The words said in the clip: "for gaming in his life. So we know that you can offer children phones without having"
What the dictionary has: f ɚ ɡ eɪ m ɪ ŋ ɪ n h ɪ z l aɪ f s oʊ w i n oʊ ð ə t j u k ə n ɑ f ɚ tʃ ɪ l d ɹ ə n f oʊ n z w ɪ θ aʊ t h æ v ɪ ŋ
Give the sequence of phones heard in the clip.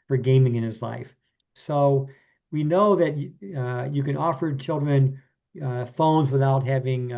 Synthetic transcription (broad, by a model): f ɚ ɡ eɪ m ɪ ŋ ɪ n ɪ z l aɪ f s oʊ w i n oʊ ð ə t j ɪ k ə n ɑ f ɚ tʃ ɪ l d ɹ ə n f oʊ n z w ɪ θ aʊ t h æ v ɪ ŋ